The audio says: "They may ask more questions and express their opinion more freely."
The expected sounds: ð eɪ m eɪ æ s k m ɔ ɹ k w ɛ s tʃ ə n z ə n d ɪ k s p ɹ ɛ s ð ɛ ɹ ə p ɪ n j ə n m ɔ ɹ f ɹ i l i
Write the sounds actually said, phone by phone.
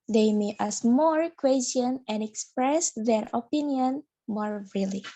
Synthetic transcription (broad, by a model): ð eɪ m eɪ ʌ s m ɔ ɹ k w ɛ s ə n ə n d ɪ k s p ɹ ɛ s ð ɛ ɹ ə p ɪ n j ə n m ɔ ɹ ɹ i l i